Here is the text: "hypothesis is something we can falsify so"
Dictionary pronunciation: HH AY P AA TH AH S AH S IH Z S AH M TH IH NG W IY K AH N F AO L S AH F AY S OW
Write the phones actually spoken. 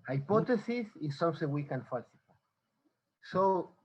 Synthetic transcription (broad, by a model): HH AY P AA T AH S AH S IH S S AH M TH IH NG W IY K AH N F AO S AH P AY S OW